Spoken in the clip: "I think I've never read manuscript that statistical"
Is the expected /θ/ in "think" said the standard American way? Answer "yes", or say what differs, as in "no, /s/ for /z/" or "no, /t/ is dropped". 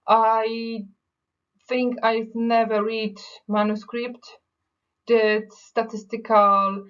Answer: yes